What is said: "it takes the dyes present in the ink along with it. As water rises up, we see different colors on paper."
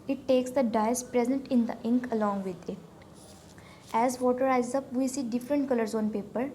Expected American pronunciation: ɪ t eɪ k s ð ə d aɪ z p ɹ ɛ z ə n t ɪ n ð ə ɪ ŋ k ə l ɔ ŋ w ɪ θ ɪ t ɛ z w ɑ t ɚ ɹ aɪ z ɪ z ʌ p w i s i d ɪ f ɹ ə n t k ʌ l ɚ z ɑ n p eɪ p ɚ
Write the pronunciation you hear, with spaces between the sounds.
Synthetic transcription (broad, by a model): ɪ t eɪ k s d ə d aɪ s p ɹ ɛ z ə n t ɪ n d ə ɪ ŋ k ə l ɔ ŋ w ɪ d ɪ t ɛ z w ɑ t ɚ ɹ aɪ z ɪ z ʌ p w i s i d ɪ f ɹ ə n t k ʌ l ɚ z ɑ n p eɪ p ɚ